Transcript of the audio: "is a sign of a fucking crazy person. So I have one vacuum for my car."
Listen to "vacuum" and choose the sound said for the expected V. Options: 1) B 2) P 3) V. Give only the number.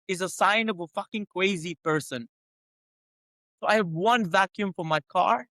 3